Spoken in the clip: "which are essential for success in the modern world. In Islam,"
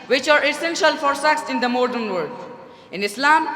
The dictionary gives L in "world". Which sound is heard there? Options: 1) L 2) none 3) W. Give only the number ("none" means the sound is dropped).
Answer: 2